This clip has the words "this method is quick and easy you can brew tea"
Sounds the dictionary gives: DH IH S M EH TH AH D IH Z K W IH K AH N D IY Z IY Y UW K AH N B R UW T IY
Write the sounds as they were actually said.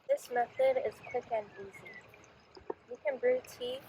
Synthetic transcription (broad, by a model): DH IH S M EH TH AH D IH Z K W IH K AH N IY Z IY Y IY K AH N B R UW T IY